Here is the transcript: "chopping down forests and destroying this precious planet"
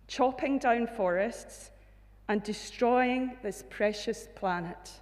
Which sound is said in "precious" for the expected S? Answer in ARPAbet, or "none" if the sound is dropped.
S